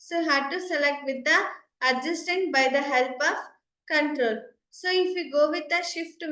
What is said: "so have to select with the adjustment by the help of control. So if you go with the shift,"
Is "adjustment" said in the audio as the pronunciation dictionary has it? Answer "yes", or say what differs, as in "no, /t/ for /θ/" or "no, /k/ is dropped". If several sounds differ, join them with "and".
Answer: no, /m/ is dropped